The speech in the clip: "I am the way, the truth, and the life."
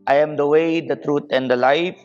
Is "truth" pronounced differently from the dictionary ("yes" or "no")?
yes